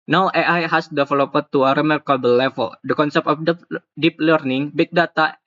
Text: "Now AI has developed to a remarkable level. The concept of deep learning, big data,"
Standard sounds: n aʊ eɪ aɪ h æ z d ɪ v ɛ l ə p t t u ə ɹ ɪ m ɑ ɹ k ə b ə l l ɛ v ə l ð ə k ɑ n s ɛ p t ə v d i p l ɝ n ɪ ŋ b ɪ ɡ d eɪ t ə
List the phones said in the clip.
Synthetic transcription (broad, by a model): n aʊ eɪ aɪ h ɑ s d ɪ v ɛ l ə p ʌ t u ə ɹ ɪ m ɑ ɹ k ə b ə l l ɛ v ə l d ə k ɑ n s ɛ p t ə f d i p l ɝ n ɪ ŋ b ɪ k d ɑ t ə